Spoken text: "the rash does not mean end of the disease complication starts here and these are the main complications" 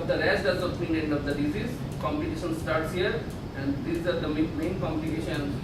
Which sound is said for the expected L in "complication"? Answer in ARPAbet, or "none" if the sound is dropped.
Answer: none